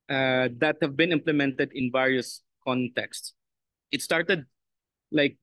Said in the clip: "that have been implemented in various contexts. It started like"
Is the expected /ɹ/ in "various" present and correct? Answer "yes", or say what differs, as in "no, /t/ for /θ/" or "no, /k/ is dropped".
yes